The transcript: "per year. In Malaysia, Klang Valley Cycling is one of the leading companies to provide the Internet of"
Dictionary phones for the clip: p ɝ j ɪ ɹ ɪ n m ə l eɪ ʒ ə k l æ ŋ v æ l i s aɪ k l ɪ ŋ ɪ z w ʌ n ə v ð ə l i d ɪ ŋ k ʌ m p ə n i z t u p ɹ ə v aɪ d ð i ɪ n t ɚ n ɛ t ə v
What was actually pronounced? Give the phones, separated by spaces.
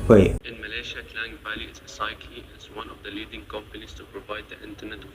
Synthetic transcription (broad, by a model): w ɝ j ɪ ɪ n m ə l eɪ ʃ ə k l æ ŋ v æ l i s aɪ k ɪ ɪ z w ʌ n ə v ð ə l i d ɪ ŋ k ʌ m p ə n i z t u p ɹ ə v aɪ d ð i ɪ n t ɚ n ɛ t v